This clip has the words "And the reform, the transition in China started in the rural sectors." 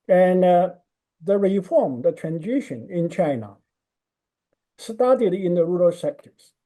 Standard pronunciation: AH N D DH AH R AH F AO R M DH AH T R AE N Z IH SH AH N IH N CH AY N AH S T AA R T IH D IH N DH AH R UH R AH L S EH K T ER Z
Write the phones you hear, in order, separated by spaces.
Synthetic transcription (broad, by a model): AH N DH AH R AH F AO R M DH AH T R AE N Z IH SH AH N IH N CH AY N AH S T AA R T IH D IH N DH AH R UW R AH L S EH K T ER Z